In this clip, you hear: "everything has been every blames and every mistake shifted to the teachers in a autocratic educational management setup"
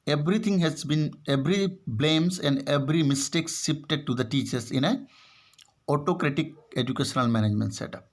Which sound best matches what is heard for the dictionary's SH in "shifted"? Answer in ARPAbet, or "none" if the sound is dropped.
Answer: S